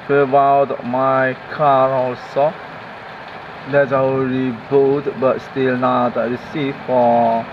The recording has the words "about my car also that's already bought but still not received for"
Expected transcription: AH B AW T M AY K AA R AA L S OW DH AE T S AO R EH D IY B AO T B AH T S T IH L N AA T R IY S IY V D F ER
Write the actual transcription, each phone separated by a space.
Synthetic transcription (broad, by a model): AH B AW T M AY K AA R AA L S OW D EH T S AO EH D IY B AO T B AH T S T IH L N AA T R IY S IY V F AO